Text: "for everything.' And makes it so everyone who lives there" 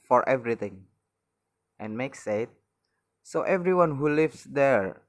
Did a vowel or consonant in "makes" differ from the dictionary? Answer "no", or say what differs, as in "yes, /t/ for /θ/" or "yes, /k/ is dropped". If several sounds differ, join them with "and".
no